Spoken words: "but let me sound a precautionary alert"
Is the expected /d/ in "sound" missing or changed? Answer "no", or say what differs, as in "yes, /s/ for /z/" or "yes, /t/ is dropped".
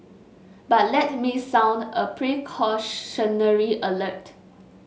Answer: no